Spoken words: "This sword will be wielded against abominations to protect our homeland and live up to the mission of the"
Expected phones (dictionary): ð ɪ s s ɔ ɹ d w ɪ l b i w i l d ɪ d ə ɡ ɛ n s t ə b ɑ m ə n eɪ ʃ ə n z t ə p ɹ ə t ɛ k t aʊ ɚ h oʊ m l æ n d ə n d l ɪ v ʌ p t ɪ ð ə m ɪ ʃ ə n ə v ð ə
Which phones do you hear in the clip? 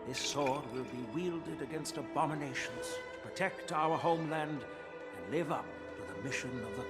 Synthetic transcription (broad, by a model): ð ɪ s s ɔ ɹ d w ɪ l b i w i l d ɪ d ə ɡ ɛ n s t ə b ɑ m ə n eɪ ʃ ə n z t ə p ɹ ə t ɛ k t aʊ ɚ h oʊ m l æ n d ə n l ɪ v ʌ p t ɪ ð ə m ɪ ʃ ə n ə v ð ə